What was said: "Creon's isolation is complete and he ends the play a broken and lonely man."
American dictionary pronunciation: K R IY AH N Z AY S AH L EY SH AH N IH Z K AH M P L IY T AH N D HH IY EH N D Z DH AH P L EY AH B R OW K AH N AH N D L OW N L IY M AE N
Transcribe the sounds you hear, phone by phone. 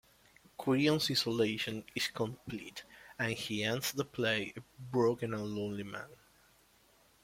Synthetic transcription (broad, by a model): K W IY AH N S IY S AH L EY SH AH N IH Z K AH M P L IY T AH N HH IY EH N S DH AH P L EY AH B R OW K AH N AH N L OW N L IY M AE N